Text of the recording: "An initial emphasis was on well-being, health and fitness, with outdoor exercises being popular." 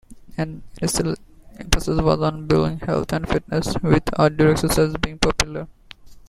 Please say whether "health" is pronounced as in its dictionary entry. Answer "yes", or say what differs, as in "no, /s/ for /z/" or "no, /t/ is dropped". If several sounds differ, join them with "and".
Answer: no, /t/ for /θ/